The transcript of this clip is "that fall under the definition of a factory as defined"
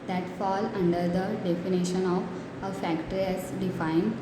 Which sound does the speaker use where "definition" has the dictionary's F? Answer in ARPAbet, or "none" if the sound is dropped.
F